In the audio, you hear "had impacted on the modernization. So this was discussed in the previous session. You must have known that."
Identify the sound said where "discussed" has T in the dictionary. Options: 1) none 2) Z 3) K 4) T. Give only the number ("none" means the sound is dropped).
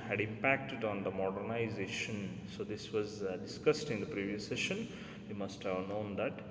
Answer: 4